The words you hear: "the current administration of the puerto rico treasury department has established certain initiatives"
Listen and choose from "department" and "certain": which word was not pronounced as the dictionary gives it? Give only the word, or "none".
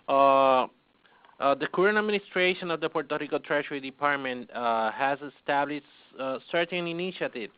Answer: none